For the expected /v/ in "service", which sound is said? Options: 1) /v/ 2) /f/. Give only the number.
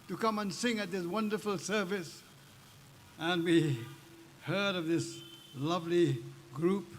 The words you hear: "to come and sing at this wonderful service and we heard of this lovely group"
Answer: 1